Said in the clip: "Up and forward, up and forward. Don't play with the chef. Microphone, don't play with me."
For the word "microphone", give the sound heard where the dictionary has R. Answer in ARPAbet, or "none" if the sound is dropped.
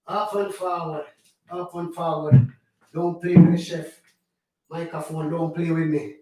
none